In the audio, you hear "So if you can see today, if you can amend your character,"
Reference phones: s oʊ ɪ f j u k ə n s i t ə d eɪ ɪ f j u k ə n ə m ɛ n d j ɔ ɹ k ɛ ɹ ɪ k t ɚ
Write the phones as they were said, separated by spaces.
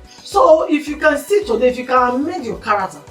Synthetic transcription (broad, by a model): s oʊ ɪ f j u k ə n s i t ə d eɪ ɪ f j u k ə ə m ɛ d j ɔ k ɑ ɹ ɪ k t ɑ